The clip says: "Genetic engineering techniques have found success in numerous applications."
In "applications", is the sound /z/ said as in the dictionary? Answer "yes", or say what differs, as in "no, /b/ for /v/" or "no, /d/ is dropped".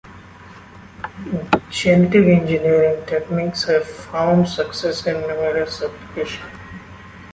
no, /z/ is dropped